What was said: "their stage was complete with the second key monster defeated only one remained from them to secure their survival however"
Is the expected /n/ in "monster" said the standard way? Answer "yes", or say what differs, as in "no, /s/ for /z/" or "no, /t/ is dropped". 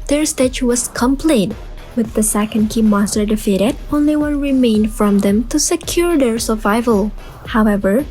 no, /n/ is dropped